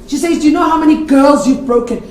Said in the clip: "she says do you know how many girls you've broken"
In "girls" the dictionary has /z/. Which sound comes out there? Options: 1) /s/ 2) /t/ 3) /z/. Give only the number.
3